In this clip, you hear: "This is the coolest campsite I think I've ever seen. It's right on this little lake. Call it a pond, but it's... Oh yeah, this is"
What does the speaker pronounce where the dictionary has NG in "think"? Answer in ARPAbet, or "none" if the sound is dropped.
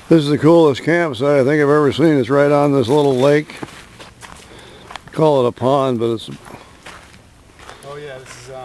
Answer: NG